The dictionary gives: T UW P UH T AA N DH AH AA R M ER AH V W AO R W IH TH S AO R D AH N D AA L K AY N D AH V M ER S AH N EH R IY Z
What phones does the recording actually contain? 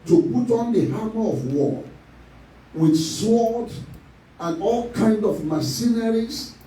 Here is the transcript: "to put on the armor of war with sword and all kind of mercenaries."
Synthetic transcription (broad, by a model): T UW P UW T AA N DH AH AA M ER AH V W AO W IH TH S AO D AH N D AA L K AY N D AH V M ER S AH N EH R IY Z